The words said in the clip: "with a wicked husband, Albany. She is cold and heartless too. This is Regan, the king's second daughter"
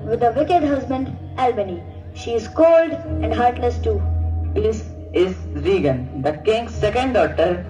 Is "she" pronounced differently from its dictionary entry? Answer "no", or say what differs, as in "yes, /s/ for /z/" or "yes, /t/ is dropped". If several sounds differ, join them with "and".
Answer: no